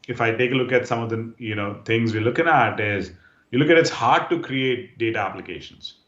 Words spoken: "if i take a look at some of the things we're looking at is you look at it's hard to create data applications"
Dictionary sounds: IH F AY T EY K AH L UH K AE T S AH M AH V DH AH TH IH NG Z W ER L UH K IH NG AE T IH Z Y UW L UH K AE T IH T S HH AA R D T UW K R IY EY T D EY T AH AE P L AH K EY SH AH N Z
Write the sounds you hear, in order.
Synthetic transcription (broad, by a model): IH F AY T EY K AH L UH K AE T S AH M AH V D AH T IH NG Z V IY L UH K IH NG AE T IH Z Y UW L UH K AE T IH T S HH AA R D T UW K R IY EY T D EY T AH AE P L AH K EY SH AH N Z